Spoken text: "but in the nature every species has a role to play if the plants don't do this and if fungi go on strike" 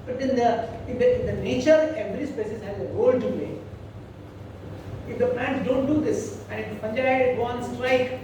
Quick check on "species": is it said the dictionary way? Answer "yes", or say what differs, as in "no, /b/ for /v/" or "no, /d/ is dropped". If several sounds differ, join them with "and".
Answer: no, /s/ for /ʃ/